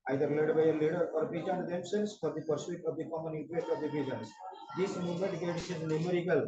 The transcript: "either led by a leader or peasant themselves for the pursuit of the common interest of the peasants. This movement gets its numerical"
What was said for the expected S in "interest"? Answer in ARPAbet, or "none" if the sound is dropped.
none